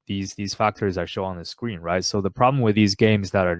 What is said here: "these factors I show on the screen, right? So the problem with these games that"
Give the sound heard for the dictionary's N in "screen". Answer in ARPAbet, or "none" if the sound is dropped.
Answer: N